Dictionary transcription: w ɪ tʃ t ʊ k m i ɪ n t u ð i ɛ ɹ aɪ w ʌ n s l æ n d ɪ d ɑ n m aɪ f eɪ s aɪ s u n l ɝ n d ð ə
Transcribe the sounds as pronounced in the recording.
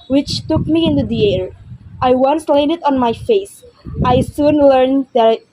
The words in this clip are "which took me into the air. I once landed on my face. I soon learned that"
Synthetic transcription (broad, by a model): w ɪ tʃ t ʊ k m i ɪ n t u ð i ɛ ɹ aɪ w ʌ n s l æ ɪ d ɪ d ɑ n m aɪ f eɪ s aɪ s u n l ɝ n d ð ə